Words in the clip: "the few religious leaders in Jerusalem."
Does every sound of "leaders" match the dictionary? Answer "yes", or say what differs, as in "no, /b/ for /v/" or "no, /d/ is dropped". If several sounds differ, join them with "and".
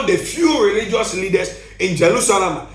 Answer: no, /s/ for /z/